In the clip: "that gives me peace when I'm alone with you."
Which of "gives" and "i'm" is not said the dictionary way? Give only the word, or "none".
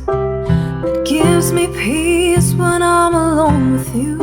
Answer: none